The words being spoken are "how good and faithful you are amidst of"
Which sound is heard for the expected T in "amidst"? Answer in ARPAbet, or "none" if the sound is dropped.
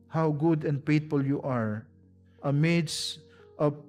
T